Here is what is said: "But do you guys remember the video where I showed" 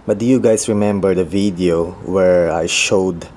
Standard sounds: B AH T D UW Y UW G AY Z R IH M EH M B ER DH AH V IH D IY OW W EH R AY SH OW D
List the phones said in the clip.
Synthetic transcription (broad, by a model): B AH T D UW Y UW G AY S R IH M EH M B ER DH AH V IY D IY OW W EH R AY SH OW D